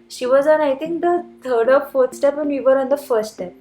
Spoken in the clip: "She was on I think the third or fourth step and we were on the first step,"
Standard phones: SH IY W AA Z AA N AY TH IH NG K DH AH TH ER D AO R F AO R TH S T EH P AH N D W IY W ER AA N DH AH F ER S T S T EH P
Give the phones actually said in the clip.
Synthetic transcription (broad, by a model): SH IY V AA Z AA N AY T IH NG K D AH T ER D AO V F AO R T S T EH P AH N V IY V ER AA N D AH F ER S T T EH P